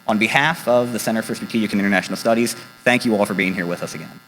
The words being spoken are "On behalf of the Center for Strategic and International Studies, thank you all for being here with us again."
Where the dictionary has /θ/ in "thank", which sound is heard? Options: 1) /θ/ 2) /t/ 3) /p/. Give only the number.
1